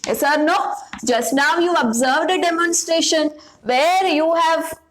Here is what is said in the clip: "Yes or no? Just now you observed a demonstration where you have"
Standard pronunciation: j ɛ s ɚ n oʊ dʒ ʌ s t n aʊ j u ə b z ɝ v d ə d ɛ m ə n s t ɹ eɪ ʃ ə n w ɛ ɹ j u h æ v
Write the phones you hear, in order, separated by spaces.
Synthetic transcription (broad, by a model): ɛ s ɚ n oʊ dʒ ʌ s t n aʊ j u ə b z ɝ v d ə d ɛ m ə n s t ɹ eɪ ʃ ə n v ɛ ɹ j u h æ v